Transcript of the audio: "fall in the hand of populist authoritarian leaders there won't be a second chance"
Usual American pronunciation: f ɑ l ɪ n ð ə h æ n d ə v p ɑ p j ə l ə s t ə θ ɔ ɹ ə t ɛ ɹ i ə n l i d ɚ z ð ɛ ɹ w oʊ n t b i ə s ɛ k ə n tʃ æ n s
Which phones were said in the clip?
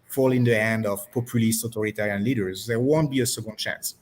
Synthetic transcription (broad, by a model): f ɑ l ɪ n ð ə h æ n d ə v p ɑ p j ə l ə s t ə t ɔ ɹ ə t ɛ ɹ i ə n l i d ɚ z ð ɛ ɹ w oʊ n t b i ə s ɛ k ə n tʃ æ n s